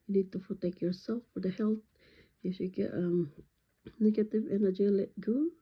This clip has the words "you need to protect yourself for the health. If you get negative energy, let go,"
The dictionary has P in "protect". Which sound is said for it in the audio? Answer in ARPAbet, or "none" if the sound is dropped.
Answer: F